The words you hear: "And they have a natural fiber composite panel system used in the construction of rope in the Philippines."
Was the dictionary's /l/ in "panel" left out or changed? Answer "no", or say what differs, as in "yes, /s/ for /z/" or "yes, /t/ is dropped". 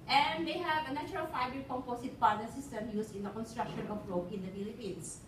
yes, /n/ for /l/